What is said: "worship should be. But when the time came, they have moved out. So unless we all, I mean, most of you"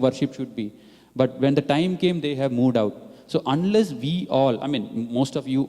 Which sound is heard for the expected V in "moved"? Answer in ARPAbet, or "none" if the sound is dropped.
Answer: V